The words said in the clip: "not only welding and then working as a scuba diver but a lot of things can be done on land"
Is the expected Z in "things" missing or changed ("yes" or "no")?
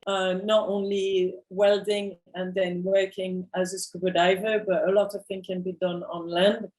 yes